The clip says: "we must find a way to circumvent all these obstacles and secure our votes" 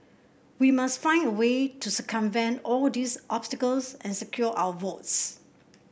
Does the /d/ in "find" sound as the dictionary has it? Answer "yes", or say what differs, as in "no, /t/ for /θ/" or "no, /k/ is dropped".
yes